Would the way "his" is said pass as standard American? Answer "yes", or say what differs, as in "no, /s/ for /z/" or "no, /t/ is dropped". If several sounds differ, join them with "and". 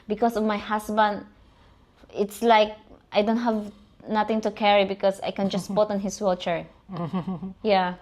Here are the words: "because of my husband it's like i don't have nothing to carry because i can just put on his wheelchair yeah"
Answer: no, /s/ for /z/